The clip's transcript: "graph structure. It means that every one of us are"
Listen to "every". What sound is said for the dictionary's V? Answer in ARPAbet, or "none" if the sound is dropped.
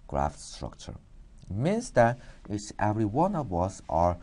V